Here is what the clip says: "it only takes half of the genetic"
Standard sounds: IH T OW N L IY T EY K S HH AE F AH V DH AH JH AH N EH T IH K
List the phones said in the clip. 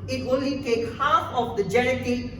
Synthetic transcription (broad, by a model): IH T OW N L IY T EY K HH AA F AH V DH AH JH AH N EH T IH